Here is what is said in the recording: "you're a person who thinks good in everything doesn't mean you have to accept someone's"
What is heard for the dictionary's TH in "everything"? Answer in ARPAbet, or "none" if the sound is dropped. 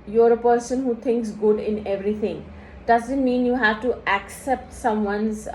T